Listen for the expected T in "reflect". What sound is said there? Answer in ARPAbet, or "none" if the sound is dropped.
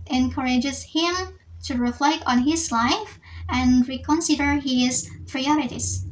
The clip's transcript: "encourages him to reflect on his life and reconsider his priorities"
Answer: T